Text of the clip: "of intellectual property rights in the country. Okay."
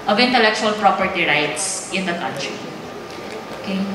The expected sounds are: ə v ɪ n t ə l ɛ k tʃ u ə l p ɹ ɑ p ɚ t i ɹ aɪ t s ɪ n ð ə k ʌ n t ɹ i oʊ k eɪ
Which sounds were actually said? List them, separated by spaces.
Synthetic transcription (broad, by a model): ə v ɪ n t ə l ɛ k tʃ u ə l p ɹ ɑ p ɚ t i ɹ aɪ t s ɪ n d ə k ʌ n t ɹ i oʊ k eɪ